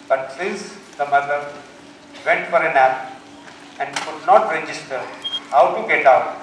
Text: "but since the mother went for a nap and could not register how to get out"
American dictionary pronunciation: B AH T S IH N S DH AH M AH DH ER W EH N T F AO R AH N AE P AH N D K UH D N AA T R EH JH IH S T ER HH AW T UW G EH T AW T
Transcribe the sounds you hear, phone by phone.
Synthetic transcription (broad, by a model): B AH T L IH S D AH M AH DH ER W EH N T F AO R AH N AE P AH N D K UH D N AA T R EH JH IH S T ER HH AW T UW G EH T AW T